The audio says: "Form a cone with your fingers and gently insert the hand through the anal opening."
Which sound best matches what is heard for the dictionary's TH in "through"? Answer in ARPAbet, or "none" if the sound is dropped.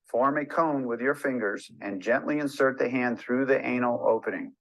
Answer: TH